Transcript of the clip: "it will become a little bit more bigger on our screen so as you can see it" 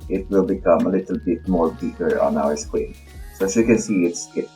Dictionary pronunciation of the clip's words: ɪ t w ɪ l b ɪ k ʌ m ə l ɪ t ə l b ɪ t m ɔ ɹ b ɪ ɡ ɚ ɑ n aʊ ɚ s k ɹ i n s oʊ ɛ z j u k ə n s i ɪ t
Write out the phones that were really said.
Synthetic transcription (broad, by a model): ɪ t w ɪ l b ɪ k ʌ m ə l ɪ t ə l b ɪ t m ɔ ɹ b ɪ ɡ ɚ ɑ n aʊ ɚ s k i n s oʊ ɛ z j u k ə n s i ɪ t